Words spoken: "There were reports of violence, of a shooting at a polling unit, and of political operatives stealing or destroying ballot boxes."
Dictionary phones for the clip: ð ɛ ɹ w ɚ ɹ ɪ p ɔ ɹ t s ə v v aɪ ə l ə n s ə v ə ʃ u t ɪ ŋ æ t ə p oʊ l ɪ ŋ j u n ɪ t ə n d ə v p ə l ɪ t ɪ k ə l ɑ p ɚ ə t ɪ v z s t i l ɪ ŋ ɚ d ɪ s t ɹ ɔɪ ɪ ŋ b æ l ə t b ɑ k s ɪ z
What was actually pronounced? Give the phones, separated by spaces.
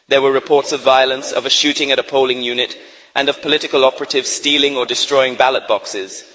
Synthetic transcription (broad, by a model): ð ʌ ɹ w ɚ ɹ ɪ p ɔ ɹ t s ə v v aɪ ə l ə n s ə v ə ʃ u t ɪ ŋ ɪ t ə p oʊ l ɪ ŋ j u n ɪ t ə n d ə v p ə l ɪ t ɪ k ə l ɑ p ɚ ə t ɪ v z s t i l ɪ ŋ ɚ d ɪ s t ɹ ɔɪ ɪ ŋ b æ l ə t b ɑ k s ɪ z